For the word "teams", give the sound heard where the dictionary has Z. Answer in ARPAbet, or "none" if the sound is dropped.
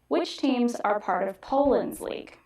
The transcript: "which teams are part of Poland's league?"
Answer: Z